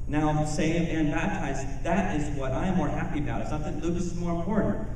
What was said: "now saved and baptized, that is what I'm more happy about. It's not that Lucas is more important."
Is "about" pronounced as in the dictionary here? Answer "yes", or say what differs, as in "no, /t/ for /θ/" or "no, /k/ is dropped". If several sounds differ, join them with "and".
no, /t/ is dropped